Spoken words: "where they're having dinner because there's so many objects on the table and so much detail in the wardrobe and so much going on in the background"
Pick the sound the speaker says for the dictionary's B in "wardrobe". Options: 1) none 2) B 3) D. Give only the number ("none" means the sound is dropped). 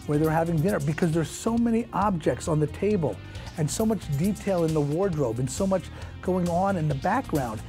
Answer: 2